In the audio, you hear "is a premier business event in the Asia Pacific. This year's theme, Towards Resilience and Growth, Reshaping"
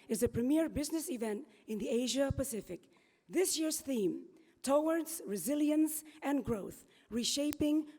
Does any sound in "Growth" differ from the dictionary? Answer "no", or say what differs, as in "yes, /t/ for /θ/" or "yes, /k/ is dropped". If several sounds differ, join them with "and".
no